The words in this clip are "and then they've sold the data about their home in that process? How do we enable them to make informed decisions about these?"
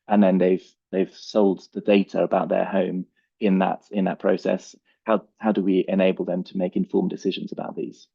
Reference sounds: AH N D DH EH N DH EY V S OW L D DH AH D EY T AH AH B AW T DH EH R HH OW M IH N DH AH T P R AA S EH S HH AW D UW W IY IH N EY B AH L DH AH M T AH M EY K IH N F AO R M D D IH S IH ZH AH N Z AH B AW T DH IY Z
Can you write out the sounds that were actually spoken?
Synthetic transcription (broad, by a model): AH N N DH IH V DH EY V S OW L D DH AH D EY T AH AH B AW T DH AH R HH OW M IH N DH AH T P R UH S EH S HH AW D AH W IY IH N EY B AH L DH AH M T AH M EY K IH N F AO M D D IH S IH ZH AH N Z AH B AW T DH IY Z